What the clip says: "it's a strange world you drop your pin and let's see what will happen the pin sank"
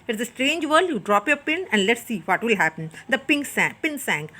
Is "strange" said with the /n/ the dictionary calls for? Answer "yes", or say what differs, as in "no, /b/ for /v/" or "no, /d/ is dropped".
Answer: yes